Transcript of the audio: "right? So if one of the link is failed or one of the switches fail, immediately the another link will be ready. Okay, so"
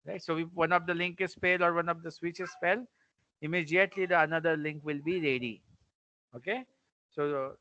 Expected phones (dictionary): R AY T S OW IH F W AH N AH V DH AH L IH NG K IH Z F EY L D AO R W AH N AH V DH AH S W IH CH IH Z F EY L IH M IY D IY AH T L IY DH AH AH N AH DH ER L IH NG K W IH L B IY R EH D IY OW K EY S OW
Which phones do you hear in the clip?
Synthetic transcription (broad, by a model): R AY T S OW IH F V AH N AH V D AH L IH NG K IH Z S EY L AO R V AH N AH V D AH S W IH CH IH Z P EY L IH M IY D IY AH T L IY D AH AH N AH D ER L IH NG K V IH L B IY R EH D IY OW K EY S OW